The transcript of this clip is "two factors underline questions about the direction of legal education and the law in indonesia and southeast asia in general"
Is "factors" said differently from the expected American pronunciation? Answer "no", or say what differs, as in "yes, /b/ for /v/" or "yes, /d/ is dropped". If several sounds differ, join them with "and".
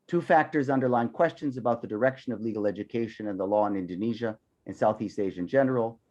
no